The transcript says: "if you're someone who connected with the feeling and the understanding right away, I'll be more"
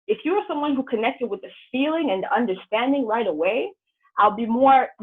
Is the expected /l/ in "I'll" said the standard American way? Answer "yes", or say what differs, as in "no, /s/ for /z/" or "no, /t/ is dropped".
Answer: yes